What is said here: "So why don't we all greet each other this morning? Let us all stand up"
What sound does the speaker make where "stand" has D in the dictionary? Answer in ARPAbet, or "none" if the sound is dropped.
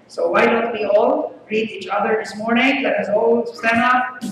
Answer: none